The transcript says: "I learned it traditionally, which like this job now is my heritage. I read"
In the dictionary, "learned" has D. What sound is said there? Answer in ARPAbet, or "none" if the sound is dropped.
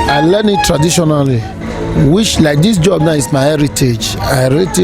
none